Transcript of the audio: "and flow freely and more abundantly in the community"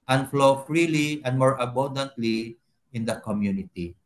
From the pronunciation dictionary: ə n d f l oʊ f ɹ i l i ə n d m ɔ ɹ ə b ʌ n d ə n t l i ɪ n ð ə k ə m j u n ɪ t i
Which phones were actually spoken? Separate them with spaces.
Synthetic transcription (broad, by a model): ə n f l oʊ f ɹ i l i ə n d m ɔ ɹ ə b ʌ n d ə n t l i ɪ n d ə k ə m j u n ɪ t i